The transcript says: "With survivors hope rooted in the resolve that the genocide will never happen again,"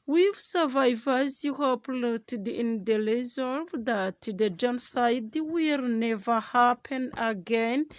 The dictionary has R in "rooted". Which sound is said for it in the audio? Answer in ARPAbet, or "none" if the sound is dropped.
L